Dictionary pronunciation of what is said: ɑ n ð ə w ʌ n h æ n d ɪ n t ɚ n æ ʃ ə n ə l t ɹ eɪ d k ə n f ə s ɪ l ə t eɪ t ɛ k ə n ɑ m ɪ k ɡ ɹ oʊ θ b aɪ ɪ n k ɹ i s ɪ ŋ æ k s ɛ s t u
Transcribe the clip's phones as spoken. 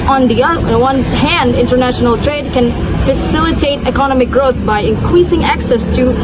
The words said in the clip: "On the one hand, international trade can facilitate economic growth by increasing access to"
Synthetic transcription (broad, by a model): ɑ n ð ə w ʌ n h æ n d ɪ n t ɚ n æ ʃ ə n ə l t ɹ eɪ d k ə n f ə s ɪ l ə t eɪ t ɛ k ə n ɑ m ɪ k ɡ ɹ oʊ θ b aɪ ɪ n k ɹ i s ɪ ŋ æ k s ɛ s t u